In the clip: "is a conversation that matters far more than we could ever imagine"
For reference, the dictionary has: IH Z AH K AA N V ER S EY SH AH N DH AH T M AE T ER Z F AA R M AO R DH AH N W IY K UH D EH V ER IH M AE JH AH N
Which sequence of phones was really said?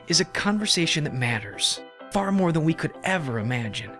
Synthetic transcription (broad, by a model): IH Z AH K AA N V ER S EY SH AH N DH AH T M AE T ER Z F AA R M AO R DH AH N W IY K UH D EH V ER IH M AE JH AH N